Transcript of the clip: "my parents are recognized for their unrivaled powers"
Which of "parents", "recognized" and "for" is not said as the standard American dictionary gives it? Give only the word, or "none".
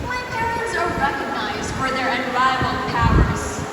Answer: none